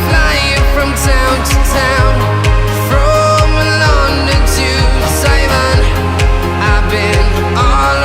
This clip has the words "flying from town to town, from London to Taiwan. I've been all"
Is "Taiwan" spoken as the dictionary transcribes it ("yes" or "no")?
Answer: no